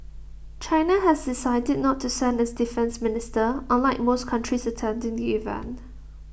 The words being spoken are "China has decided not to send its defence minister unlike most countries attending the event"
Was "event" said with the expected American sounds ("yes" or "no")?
no